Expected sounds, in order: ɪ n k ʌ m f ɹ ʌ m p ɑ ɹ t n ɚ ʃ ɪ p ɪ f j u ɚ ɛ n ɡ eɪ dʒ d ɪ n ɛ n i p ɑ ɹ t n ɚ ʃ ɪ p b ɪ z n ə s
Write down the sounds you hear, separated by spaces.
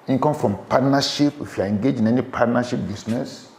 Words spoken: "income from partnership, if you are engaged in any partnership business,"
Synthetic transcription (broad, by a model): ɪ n k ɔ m f ɹ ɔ m p ɑ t n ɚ ʃ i p ɪ f j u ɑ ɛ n ɡ eɪ dʒ ɪ n ɛ n i p ɑ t n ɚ ʃ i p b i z n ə s